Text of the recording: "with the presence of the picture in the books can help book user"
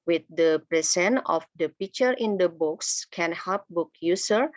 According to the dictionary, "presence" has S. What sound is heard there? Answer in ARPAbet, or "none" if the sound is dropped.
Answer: none